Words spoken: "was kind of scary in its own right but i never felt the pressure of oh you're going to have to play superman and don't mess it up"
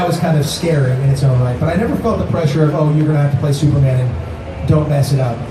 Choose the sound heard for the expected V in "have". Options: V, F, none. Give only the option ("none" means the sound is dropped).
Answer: F